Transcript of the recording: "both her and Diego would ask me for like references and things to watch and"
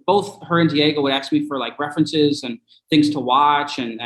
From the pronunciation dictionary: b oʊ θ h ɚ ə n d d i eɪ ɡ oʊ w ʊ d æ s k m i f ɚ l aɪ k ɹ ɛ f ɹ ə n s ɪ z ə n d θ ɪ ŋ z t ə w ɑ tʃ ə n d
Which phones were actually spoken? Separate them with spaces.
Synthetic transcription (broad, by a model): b oʊ θ h ɚ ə n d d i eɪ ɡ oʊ w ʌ d æ s k m i f ɚ l aɪ k ɹ ɛ f ɹ ə n s ɪ z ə n θ ɪ ŋ z t ə w ɑ tʃ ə n